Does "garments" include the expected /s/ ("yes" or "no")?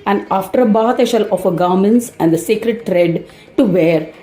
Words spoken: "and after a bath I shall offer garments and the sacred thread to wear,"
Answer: yes